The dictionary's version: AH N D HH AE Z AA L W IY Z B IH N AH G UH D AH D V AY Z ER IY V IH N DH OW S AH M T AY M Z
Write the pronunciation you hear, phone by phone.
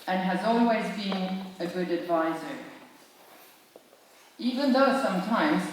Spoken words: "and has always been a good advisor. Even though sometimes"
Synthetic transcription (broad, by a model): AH N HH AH Z AA L W IY Z B IH N AH G UH D AH D V AY Z ER IY V IH N DH OW S AH M T AY M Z